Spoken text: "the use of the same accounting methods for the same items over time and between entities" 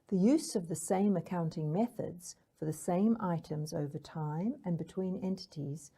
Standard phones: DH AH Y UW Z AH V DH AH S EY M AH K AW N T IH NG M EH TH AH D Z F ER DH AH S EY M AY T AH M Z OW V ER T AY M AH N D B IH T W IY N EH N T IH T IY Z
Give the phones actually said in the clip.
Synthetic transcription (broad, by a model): DH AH Y UW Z AH V DH AH S EY M AH K AW N T IH NG M EH TH AH D Z F ER DH AH S EY M AY T AH M Z OW V ER T AY M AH N B IH T W IY N EH N T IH T IY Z